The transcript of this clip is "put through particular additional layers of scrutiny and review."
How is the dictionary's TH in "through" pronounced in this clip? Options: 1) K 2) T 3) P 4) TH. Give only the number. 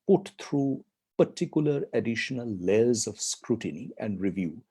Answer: 2